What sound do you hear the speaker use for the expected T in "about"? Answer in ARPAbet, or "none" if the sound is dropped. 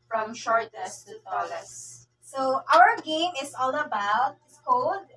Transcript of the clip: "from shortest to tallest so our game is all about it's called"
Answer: none